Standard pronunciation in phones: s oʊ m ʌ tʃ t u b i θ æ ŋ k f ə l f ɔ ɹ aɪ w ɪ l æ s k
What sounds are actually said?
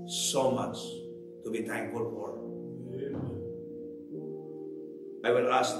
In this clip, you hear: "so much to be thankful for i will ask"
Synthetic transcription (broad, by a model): s oʊ m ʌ tʃ t u b i t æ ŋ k ə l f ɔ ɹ aɪ w ɪ l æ s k